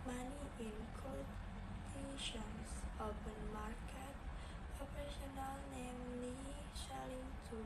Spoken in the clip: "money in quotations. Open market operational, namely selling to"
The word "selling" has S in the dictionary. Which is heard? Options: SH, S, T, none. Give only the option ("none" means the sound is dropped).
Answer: SH